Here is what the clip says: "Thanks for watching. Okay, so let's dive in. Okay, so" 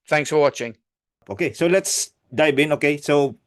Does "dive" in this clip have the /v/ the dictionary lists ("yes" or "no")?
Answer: no